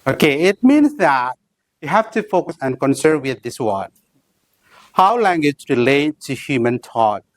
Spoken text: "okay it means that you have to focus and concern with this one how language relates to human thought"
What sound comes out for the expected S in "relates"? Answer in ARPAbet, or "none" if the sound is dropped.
none